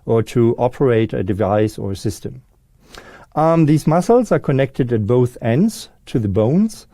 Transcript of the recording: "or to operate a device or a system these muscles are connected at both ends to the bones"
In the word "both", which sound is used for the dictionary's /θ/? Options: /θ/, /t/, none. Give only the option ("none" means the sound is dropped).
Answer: /θ/